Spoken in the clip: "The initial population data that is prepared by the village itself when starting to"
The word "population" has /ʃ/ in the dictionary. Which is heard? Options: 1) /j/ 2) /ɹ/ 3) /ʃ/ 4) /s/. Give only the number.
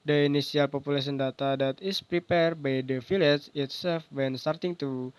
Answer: 4